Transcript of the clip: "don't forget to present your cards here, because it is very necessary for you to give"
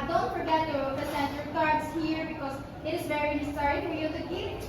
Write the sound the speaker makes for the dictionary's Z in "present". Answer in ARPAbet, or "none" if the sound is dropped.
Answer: S